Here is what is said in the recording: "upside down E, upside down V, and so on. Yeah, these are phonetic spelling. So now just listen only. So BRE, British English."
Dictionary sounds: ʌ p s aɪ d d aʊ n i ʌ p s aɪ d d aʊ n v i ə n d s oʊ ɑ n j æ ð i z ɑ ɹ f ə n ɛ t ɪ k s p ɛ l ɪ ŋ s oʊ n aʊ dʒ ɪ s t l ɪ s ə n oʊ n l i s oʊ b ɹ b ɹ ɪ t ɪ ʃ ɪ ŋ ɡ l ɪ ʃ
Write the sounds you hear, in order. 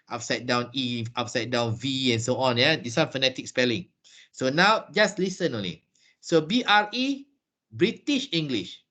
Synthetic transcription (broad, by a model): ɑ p s aɪ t d aʊ n i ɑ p s aɪ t d aʊ n v i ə n s oʊ ɑ n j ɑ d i s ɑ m f ə n ɛ t ɪ k s p ɛ l ɪ ŋ s oʊ n aʊ dʒ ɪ s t l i s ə n oʊ n l i s oʊ b ɹ b ɹ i t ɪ ʃ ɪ ŋ ɡ l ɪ ʃ